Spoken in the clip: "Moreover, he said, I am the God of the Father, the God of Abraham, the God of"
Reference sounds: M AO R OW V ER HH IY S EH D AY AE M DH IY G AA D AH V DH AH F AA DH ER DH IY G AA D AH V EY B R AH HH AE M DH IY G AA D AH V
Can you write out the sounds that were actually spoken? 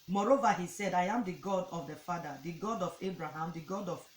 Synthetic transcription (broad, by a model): M AO R OW V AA HH IY S EH D AY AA M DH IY G AA D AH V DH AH F AA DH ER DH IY G AA D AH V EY B R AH HH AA M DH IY G AA D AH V